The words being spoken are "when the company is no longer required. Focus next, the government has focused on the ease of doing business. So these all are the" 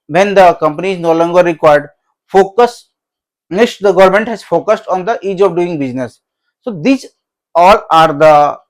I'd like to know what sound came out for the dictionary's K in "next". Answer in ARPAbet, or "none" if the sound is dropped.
none